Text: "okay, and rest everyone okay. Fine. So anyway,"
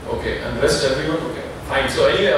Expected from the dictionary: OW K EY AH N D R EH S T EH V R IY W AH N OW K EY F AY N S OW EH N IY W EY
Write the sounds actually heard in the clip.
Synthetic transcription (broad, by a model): OW K EY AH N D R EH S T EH R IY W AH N OW K EY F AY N S OW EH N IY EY